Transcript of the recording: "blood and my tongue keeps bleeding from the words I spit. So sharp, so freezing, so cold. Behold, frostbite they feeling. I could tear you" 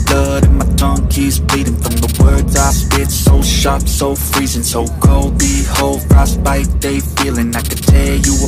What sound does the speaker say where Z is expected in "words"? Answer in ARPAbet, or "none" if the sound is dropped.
Z